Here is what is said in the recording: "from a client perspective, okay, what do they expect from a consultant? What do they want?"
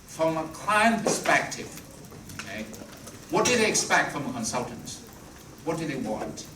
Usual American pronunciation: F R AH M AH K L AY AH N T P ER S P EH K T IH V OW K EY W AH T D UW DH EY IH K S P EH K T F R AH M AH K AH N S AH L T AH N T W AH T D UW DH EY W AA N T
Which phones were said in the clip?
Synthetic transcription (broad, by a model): F R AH M AH K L AY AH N P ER S P EH K T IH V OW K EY W AH T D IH DH EY IH K S P EH K T F R AH M AH K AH N S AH L T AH N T W AH T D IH DH EY W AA N T